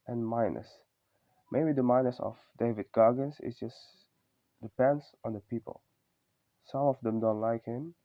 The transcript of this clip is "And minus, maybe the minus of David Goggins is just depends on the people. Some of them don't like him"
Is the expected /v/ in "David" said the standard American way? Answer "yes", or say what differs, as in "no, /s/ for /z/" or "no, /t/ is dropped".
yes